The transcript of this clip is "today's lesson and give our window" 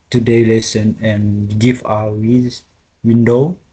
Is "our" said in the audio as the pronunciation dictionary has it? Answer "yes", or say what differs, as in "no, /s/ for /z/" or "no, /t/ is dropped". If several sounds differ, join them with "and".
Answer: no, /w/ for /ɹ/